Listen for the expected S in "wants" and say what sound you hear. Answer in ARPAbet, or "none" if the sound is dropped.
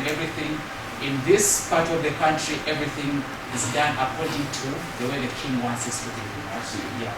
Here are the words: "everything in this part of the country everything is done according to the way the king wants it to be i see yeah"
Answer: S